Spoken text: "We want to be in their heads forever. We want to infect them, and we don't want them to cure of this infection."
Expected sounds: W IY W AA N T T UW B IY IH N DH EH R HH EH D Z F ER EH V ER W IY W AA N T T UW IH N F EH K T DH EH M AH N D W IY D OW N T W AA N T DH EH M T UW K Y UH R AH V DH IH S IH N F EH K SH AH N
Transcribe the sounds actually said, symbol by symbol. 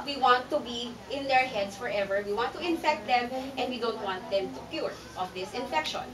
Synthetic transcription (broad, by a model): W IY W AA N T T UW B IY IH N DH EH R HH EH D S F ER EH V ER W IY W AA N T T UW IH N F EH K T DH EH M AH N D W IY D OW N T W AA N T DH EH M T UW K Y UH R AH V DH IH S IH N F EH K SH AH N